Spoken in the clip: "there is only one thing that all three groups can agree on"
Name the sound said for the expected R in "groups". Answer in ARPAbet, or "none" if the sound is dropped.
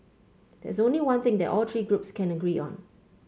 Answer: R